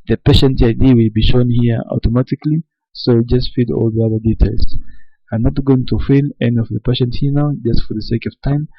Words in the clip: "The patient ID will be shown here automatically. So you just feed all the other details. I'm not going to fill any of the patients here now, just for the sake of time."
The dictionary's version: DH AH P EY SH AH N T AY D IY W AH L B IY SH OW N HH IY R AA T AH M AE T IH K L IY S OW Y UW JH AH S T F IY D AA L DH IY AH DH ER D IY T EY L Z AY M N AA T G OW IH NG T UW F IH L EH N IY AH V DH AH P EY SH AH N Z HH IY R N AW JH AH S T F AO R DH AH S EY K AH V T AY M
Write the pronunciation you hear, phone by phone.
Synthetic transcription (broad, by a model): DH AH P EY SH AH N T AY D IY W AH L B IY SH OW N HH IY R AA T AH M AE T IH K L IY S OW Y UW JH AH S T F IY D AA L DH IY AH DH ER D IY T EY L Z AY M N AA T G OW IH NG T UW F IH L EH N IY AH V DH AH P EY SH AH N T HH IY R N AW JH AH S T F AO R DH AH S EY K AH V T AY M